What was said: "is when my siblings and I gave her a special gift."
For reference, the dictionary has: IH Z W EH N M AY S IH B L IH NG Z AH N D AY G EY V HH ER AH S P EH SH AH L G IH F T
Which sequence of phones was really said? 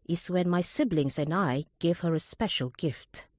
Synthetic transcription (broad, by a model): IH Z W EH N M AY S IH B L IH NG Z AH N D AY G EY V HH ER AH S P EH SH AH L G IH F T